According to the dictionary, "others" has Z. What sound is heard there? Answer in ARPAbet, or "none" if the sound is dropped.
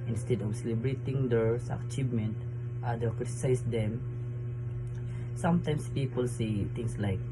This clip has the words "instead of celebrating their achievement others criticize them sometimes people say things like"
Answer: none